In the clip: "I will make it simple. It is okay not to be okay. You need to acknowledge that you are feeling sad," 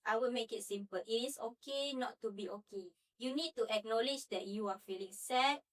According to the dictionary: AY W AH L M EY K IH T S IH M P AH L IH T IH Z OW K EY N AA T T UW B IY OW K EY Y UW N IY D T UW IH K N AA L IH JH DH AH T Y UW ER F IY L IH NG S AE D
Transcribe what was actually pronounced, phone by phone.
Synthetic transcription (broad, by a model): AY W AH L M EY K IH T S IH M P AH L IH T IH S OW K EY N AA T T UW B IY OW K EY Y UW N IY D T UW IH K N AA L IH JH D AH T Y UW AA F IY L IH NG S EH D